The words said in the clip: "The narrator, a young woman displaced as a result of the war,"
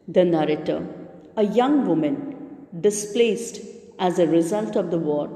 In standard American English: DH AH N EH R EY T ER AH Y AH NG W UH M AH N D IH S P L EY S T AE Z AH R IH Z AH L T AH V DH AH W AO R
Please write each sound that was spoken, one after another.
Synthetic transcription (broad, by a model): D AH N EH R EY T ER AH Y AH NG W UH M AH N D IH S P L EY S T AE Z AH R IH Z AH L T AH V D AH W AO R